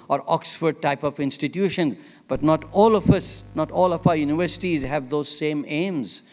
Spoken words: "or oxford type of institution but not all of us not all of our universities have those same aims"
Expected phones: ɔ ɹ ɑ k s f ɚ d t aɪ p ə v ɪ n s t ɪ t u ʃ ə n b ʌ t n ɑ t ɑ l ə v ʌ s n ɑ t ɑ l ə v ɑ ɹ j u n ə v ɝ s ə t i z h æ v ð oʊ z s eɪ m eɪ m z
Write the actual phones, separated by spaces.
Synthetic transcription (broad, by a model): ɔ ɹ ɑ k s f ɚ d t aɪ p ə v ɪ n s t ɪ t u ʃ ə n b ʌ t n ɑ t ɑ l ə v ʌ s n ɑ t ɑ l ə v ɑ ɹ j u n ə v ɝ s ə t i z h æ v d oʊ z s eɪ m eɪ m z